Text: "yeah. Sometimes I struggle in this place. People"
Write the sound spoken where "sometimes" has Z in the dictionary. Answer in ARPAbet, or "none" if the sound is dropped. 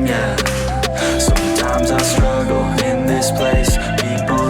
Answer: Z